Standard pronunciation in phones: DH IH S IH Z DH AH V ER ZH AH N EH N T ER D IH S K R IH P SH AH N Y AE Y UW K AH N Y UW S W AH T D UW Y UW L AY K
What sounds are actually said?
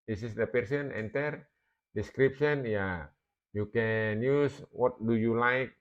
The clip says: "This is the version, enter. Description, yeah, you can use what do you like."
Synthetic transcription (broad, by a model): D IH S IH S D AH P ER S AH N EH N T ER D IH S K R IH P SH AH N Y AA Y UW K AH N Y UW S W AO T D UW Y UW L AY K